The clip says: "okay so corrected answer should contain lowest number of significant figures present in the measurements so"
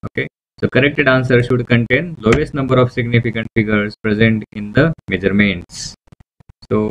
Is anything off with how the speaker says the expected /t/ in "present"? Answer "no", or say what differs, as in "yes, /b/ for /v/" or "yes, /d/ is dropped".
no